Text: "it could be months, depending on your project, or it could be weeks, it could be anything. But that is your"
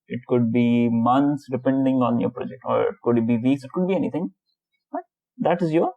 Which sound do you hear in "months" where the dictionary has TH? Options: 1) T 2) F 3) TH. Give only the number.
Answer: 1